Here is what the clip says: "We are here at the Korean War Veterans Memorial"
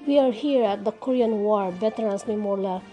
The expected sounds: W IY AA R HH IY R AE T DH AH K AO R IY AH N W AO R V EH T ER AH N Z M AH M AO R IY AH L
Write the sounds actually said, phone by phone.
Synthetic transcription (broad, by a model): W IY AA R HH IY R AE T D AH K AO R IY AH N W AO R B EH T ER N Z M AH M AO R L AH